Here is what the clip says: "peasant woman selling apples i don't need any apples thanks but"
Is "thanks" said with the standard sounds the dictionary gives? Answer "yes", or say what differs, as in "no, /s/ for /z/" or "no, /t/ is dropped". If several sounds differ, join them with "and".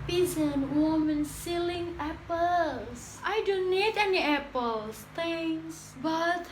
no, /k/ is dropped